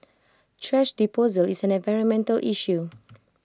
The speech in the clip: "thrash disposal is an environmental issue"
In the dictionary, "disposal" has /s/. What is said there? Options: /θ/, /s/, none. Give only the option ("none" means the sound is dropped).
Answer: none